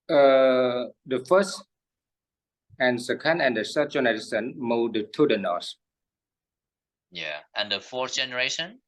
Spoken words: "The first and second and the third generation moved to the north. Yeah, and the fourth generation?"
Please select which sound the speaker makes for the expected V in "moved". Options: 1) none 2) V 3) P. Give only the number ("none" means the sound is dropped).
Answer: 1